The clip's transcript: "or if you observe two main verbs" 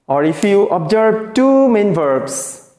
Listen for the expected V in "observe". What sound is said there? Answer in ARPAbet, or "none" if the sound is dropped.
B